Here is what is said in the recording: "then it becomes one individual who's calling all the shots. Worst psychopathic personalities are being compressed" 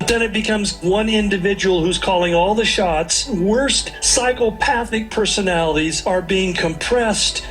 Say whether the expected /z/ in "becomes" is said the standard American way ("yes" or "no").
yes